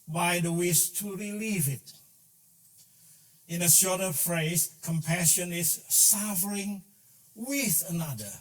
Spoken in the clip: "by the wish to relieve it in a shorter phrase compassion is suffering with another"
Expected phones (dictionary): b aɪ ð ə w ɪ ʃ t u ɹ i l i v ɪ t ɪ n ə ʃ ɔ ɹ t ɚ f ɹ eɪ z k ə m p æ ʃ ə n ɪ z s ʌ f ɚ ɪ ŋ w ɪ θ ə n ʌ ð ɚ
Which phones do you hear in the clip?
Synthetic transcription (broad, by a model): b aɪ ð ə w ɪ s t u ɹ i l i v ɪ t ɪ n ə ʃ ɔ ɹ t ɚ f ɹ eɪ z k ə m p æ ʃ ə n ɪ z s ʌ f ɚ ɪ ŋ w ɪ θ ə n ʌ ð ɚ